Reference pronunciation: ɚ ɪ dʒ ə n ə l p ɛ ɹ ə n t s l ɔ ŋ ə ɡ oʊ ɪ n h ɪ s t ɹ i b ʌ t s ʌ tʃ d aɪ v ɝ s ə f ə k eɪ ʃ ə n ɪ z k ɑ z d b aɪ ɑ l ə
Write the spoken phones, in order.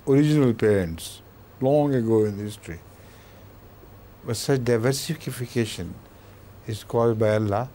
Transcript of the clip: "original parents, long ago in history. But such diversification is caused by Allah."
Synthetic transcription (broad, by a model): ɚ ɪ dʒ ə n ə l p ɛ ɹ ə n t s l ɔ ŋ ə ɡ oʊ ɪ n h ɪ s t ɹ i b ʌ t s ʌ tʃ d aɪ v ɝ s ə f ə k eɪ ʃ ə n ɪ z k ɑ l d b aɪ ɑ l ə